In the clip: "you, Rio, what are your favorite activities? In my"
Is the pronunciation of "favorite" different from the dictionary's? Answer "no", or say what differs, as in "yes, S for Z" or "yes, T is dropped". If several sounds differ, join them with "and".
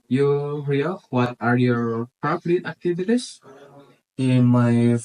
yes, P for F and P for V